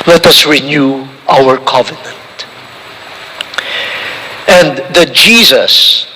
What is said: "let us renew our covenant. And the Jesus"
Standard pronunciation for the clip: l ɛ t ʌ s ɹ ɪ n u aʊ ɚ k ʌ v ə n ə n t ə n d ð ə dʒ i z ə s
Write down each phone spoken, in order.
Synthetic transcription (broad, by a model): l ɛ t ʌ s ɹ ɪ n u aʊ ɚ k ʌ v ə n ə n t ə n d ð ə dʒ i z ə s